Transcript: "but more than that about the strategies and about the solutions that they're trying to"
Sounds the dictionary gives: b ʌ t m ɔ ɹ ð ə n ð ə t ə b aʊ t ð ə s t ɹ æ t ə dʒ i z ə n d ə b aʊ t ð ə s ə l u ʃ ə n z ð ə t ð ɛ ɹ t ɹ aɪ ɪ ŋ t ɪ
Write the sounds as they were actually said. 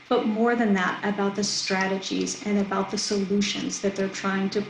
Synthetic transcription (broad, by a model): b ʌ t m ɔ ɹ ð ə n ð ə t ə b aʊ t ð ə s t ɹ æ t ə dʒ i z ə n ə b aʊ t ð ə s ə l u ʃ ə n z ð ə t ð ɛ ɹ t ɹ aɪ ɪ ŋ t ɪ